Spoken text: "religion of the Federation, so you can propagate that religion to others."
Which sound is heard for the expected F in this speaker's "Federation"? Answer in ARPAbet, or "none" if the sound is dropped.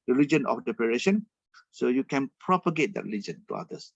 P